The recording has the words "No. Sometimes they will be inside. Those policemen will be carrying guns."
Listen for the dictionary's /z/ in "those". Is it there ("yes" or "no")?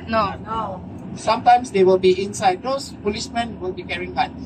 no